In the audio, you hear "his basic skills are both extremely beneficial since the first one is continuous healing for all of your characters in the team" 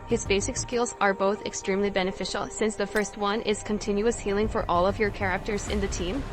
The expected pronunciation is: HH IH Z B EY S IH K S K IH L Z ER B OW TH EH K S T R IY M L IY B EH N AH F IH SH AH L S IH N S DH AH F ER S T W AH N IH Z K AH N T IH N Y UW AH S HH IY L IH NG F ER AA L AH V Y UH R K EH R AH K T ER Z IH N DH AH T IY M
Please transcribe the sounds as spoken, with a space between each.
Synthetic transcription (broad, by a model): HH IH Z B EY S IH K S K IH L Z ER B OW TH EH K S T R IY M L IY B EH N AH F IH SH L S IH N S DH AH F ER S T W AH N IH Z K AH N T IH N Y UW AH S HH IY L IH NG F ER AA L AH V Y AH R K EH R AH K T ER Z IH N DH AH T IY M